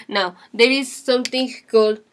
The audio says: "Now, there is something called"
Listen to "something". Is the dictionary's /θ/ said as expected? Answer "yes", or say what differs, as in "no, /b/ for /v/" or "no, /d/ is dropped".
no, /t/ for /θ/